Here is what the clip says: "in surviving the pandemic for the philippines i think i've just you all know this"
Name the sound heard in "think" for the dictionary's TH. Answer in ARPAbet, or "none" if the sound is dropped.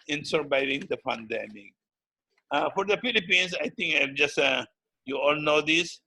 T